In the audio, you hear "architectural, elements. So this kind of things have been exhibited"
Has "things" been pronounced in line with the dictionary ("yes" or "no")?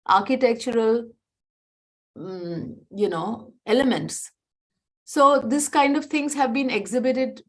no